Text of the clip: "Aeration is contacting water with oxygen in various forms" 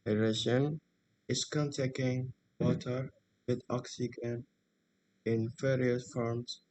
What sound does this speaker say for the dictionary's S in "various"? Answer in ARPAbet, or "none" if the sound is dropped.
none